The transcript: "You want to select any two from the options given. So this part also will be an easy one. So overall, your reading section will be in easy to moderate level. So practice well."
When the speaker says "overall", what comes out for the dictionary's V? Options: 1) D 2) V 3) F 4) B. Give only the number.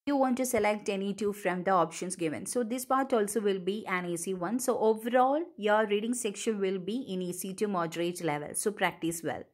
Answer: 2